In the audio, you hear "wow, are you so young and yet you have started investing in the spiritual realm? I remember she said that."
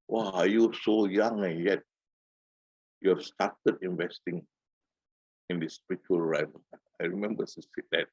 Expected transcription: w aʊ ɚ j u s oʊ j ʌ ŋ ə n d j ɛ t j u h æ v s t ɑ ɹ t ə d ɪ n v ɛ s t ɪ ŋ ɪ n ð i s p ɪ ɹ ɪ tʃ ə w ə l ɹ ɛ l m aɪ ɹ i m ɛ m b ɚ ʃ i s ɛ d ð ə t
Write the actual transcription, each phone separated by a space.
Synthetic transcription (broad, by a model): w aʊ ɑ j u s oʊ j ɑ ŋ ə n j ɛ t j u s t ɑ t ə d ɪ n v ɛ s t ɪ ŋ ɪ n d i s p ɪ ɹ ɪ tʃ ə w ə l ɹ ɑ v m aɪ ɹ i m ɛ m b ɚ s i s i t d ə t